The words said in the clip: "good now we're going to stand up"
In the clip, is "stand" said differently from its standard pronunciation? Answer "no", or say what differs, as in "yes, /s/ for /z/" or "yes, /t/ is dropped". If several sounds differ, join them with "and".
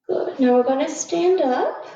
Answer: no